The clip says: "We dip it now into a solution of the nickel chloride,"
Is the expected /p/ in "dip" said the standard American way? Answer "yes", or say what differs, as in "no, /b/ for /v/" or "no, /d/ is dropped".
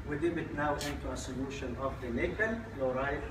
no, /b/ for /p/